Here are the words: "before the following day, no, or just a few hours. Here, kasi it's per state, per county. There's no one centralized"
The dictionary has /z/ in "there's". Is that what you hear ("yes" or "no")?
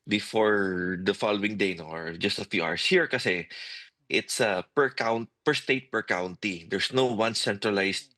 no